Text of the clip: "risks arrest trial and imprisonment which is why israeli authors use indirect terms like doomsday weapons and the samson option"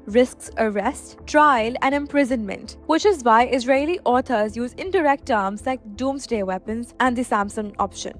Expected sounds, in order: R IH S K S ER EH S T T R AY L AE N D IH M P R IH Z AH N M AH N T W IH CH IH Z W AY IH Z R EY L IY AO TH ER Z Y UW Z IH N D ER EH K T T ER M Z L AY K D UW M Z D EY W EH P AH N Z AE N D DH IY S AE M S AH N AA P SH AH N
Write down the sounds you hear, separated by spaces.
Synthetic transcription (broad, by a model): R IH S K S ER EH S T T R AY L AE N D IH M P R IH Z AH N M AH N T W IH CH IH Z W AY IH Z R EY L IY AO T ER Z Y UW Z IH N D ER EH K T T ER M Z L AY K D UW M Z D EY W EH P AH N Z AE N D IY S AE M S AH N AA P SH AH N